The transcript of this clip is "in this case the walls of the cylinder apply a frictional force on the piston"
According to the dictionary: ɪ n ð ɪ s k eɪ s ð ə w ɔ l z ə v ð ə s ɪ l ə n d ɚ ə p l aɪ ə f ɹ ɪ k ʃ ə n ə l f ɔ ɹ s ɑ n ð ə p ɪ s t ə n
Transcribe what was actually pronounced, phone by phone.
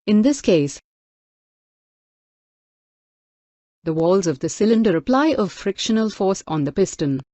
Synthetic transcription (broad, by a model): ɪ n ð ɪ s k eɪ s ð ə w ɔ l z ə v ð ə s ɪ l ə n d ɚ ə p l aɪ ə f ɹ ɪ k ʃ ə n ə l f ɔ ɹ s ɑ n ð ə p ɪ s t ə n